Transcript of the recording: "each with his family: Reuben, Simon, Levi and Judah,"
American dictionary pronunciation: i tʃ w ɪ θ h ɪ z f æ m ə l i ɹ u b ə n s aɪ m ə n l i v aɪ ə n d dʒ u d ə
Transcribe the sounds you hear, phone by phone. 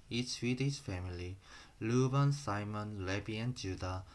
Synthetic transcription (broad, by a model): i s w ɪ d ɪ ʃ f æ m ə l i l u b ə n s aɪ m ə n l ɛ b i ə n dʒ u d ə